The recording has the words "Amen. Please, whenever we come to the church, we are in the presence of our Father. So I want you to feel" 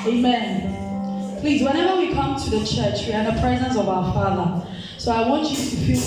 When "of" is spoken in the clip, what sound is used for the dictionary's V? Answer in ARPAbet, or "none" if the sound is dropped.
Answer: V